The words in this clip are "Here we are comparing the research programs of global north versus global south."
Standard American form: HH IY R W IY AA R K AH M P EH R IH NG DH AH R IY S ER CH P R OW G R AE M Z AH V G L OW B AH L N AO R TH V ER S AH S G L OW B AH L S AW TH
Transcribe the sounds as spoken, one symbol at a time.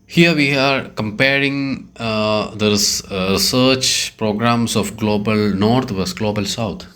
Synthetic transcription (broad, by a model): HH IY R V IY AA R K AH M P EH R IH NG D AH R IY S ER CH P R OW G R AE M S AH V G L OW B AH L N AO R T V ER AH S G L OW B AH L S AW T